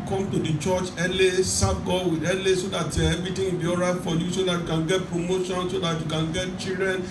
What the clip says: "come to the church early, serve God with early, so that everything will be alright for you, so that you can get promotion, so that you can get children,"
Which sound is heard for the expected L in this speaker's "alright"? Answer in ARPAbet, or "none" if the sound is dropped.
none